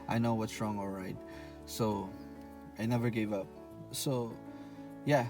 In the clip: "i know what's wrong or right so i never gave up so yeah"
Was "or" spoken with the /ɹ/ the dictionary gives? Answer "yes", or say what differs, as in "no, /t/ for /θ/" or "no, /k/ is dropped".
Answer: no, /l/ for /ɹ/